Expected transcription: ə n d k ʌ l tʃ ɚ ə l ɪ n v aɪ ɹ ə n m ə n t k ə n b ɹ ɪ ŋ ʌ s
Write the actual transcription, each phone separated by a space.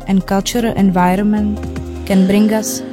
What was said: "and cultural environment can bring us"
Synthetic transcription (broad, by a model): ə n k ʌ l tʃ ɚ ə l ɪ n v aɪ ɹ ə n m ə n t k ə n b ɹ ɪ ŋ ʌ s